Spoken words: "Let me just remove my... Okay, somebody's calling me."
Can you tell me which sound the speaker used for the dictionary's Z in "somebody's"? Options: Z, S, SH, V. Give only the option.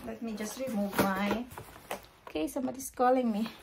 S